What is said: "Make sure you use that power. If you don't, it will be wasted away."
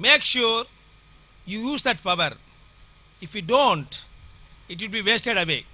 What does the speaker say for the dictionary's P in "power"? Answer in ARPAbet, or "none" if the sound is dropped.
F